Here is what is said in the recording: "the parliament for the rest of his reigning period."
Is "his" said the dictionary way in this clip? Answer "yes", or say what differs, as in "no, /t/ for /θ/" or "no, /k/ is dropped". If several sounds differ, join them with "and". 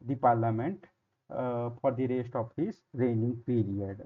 no, /s/ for /z/